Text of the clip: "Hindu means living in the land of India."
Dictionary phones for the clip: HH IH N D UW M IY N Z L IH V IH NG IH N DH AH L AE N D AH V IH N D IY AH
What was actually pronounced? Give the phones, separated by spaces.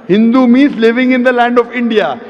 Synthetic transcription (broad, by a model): HH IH N D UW M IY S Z L IH V IH NG IH N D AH L AE N D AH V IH N D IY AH